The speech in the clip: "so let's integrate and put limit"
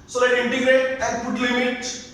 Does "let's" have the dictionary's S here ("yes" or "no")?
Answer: no